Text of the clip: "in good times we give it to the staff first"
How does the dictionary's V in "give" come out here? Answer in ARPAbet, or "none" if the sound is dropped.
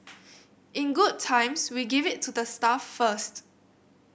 V